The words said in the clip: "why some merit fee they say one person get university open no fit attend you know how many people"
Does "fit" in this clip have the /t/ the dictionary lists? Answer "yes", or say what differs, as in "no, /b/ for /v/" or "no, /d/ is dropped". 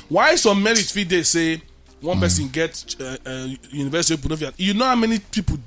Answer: no, /t/ is dropped